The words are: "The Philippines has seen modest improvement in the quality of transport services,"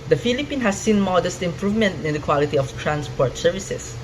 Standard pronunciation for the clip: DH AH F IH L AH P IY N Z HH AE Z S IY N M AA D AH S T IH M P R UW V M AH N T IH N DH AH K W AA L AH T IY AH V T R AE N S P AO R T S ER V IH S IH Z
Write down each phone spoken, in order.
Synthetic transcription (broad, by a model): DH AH F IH L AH P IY N HH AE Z S IY N M AA D AH S T IH M P R UW V M AH N T IH N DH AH K W AA L AH T IY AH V T R AE N S P AO R T S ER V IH S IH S